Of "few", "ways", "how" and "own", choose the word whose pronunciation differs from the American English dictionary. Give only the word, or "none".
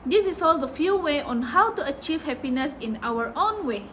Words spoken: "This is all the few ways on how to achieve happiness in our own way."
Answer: ways